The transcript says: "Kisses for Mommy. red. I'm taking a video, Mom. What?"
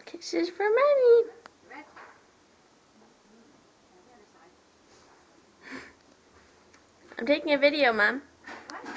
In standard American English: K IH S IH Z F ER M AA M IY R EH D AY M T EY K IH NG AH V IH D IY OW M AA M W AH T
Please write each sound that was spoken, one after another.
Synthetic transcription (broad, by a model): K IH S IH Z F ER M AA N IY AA AY M T EY K IH NG AH V IH D IY OW M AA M